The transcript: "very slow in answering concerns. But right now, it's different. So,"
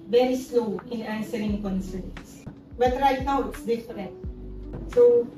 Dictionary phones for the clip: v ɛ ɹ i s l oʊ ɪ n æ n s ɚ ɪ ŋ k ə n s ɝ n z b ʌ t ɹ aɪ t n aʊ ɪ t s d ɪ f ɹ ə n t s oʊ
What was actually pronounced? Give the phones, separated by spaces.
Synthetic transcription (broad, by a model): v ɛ ɹ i s l oʊ ɪ n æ n s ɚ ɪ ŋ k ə n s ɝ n s b ʌ t ɹ aɪ t n aʊ ɪ t s d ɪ f ɹ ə n t s oʊ